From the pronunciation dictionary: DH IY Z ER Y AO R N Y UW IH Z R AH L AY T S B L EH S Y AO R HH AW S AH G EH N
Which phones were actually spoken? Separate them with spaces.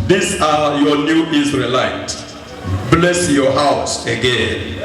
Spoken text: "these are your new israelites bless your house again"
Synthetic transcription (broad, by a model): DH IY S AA Y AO N Y UW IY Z R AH L AY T B L EH S Y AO HH AW S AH G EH N